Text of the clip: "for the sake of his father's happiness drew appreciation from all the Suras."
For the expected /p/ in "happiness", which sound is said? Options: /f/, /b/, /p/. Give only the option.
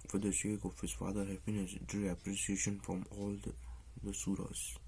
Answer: /f/